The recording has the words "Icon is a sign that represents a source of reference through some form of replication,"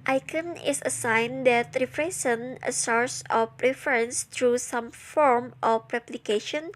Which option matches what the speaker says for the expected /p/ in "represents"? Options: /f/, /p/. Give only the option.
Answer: /f/